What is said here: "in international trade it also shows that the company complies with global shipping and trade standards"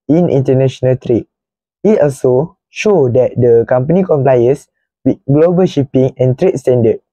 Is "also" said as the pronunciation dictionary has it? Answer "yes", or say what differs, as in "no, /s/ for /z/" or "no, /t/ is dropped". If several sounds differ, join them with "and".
yes